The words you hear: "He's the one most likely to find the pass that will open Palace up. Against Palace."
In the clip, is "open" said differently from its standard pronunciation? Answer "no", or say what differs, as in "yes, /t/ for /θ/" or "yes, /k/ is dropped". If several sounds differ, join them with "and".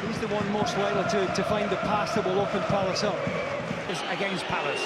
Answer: yes, /f/ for /p/